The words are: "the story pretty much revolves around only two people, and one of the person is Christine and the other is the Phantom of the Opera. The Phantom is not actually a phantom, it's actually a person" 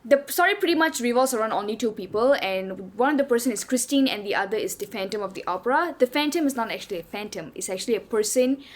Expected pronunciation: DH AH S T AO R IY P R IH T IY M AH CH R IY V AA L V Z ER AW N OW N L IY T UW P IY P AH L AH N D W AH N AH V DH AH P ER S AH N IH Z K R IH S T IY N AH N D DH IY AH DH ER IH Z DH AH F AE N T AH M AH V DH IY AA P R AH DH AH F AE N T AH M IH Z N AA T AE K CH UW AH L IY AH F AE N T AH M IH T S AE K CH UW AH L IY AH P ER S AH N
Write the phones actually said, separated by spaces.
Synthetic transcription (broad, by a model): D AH S AO R IY P R IH T IY M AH CH R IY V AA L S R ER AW N OW N L IY T UW P IY P AH L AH N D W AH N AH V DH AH P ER S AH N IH S K R IH S T IY N AH N D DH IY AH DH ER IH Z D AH F AE N T AH M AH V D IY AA P R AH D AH F AE N T AH M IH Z N AA T AE K CH UW AH L IY AH F AE N T AH M IH T S AE K CH UW AH L IY AH P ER S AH N